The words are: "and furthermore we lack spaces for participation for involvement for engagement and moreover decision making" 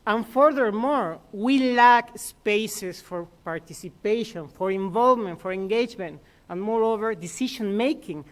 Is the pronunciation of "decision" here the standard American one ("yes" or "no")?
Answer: no